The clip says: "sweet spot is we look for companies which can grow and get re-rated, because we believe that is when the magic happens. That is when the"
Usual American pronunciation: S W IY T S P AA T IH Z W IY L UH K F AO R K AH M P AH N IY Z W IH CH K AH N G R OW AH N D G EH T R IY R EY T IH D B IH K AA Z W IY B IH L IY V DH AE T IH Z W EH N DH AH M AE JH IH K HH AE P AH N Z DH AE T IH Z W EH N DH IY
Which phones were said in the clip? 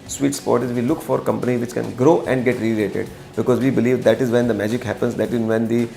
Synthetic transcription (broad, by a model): S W IY T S P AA T IH Z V IY L UH K F AO R K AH M P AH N IY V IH CH K AH N G R OW AH N D G EH T R IY L EY T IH D B IH K AA Z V IY B IH L IY V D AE T IH Z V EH N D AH M AE JH IH K HH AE P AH N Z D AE T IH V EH N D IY